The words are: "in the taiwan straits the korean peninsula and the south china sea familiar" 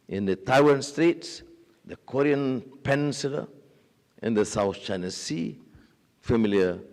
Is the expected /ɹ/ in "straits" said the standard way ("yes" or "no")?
yes